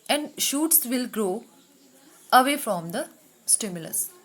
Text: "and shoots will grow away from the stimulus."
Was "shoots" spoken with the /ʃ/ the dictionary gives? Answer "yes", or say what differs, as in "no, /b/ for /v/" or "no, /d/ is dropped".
yes